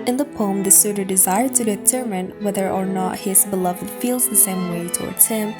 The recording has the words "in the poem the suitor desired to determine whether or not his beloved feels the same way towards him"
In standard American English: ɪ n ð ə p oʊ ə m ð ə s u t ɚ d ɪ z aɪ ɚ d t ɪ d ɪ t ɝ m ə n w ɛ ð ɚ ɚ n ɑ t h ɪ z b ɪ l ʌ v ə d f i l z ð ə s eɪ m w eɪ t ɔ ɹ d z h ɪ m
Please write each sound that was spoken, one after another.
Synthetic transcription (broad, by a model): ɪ n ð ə p oʊ ə m ð ə s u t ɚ d ɪ z aɪ ɚ d t ɪ d ɪ t ɝ m ə n w ɛ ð ɚ ɚ n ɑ t h ɪ z b ɪ l ʌ v ə d f i l z ð ə s eɪ m w eɪ t ɔ ɹ d z h ɪ m